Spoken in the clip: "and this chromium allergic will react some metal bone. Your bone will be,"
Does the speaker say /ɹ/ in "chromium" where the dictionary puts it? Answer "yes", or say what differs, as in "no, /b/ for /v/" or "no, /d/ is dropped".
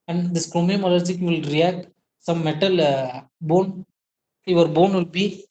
yes